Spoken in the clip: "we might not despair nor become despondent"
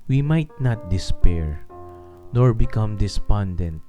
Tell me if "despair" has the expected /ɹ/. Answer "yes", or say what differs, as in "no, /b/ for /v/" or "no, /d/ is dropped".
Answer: yes